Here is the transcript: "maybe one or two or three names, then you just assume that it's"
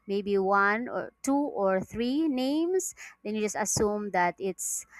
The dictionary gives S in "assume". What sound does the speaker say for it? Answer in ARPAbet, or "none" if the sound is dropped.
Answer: S